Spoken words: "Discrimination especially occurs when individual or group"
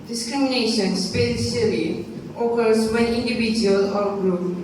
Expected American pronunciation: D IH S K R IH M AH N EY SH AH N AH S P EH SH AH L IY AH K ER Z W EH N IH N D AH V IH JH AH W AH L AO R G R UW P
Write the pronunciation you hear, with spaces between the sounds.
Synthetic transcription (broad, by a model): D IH S K R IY M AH N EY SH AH N S P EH S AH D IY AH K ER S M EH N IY N D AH B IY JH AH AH L AO R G R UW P